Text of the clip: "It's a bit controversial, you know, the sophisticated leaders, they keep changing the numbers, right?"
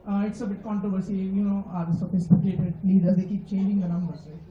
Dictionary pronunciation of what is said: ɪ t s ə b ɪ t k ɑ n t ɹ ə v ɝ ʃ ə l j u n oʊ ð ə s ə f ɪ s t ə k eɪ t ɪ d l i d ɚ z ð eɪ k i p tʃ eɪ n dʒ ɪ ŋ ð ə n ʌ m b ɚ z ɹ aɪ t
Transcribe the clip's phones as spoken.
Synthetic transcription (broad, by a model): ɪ t s ə b ɪ t k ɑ n t ɹ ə v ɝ s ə j u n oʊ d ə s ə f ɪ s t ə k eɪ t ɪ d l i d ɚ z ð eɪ k i p tʃ eɪ n dʒ ɪ ŋ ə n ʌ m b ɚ ɹ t